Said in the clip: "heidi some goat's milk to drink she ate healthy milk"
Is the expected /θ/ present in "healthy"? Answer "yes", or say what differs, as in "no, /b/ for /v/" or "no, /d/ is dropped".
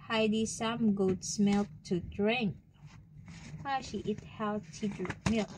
no, /t/ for /θ/